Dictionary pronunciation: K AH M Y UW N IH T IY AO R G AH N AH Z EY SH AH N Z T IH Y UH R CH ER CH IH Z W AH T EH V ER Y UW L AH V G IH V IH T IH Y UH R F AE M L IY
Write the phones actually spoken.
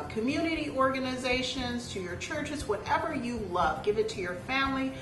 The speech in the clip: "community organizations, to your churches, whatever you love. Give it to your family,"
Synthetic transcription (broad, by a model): K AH M Y UW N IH T IY AO R G AH N AH Z EY SH AH N Z T IH Y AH R CH ER CH IH Z W AH T EH V ER Y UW L AH V G IH V IH T IH Y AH R F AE M L IY